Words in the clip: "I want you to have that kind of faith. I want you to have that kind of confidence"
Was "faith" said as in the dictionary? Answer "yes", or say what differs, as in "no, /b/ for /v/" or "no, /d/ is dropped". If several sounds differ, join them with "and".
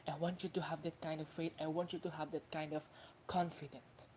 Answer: no, /t/ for /θ/